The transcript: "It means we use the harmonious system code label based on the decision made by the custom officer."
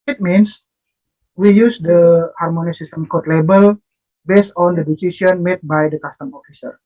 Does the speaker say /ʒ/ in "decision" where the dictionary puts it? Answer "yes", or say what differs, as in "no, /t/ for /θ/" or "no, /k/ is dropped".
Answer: no, /s/ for /ʒ/